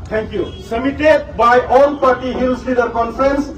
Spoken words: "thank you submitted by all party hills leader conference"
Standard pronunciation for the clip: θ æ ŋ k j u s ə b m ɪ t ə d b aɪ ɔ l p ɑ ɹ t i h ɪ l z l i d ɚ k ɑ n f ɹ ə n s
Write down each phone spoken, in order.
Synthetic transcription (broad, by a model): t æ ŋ k j u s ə m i t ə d b aɪ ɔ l p ɑ ɹ t i h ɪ l s l i d ɚ k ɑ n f ɹ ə n s